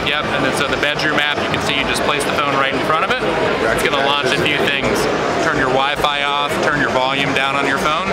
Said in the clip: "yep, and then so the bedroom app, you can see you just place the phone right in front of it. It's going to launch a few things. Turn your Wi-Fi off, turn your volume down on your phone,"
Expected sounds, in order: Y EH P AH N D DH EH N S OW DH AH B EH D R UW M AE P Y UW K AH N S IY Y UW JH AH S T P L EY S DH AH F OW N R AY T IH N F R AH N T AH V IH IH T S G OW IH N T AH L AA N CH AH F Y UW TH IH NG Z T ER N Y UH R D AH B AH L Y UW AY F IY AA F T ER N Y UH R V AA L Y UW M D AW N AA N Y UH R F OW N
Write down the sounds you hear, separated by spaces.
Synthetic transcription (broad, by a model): Y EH P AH N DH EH N S OW DH AH B EH D R UW M AE P Y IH K AH N S IY Y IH JH AH S P L EY S DH AH F OW N R AY T N F R AH T AH V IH IH T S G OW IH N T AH L AA N CH AH F Y UW TH IH NG Z T ER N Y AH R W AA AH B AY AA F T ER N Y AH R V AA L Y UW M D AW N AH N Y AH R F OW N